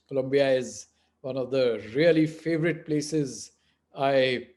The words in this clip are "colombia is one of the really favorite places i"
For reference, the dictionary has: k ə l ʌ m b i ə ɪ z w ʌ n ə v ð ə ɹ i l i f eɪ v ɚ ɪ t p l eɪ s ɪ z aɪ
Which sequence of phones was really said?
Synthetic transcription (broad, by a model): k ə l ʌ m b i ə ɪ z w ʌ n ə v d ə ɹ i l i f eɪ v ɚ ɪ t p l eɪ s ɪ z aɪ